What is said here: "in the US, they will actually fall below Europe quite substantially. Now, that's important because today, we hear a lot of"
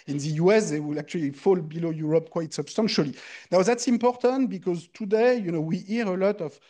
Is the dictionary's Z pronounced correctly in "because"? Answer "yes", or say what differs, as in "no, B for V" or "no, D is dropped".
yes